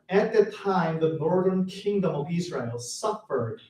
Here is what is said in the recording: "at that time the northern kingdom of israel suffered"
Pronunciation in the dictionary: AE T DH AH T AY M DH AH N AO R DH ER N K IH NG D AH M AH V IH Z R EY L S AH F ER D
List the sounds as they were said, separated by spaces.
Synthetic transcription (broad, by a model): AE T DH AH T AY M DH AH N AO R DH ER N K IH NG D AH M AH V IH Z R EY L S AH F ER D